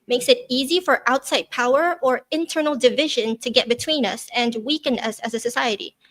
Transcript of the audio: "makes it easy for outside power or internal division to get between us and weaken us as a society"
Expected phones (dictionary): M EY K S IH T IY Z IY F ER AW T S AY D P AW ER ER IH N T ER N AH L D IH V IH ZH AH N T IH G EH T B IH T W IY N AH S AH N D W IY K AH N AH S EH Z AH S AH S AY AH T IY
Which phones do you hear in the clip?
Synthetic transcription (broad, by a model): M EY K S IH T IY Z IY F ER AW T S AY D P AW ER ER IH N T ER N L D IH V IH ZH AH N T IH G EH T B IH T W IY N AH S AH N W IY K AH N AH S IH Z AH S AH S AY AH T IY